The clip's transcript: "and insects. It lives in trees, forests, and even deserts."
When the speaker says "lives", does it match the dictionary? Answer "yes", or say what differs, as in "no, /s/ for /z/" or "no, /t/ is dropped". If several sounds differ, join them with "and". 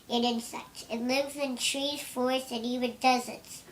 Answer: yes